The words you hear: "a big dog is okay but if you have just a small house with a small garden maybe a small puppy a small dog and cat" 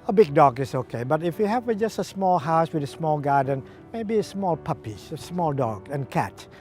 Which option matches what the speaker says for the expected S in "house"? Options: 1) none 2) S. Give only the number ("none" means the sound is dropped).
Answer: 2